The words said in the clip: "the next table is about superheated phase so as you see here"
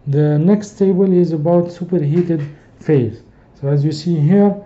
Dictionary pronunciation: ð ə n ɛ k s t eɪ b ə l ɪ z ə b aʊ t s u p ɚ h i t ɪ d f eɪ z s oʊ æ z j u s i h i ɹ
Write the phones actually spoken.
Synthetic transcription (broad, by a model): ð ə n ɛ k s t eɪ b ə l ɪ z ə b aʊ t s u p ɚ h i t ɪ d f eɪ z s oʊ æ z j u s i h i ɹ